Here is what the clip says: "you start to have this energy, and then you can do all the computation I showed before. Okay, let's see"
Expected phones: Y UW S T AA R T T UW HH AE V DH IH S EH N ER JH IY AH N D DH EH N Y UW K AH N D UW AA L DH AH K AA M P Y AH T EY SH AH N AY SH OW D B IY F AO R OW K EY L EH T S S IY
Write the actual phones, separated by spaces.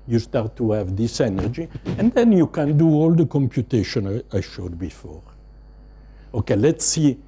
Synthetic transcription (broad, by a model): Y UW S T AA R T T UW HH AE V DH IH S EH N ER JH IY AH N D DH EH N Y UW K AH N D UW AA L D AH K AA M P Y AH T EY SH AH N AY SH OW D B IY F AO R OW K EY L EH T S S IY